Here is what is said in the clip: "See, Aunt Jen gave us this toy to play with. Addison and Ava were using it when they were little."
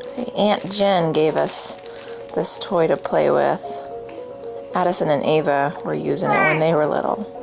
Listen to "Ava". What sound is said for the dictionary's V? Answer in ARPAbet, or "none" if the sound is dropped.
V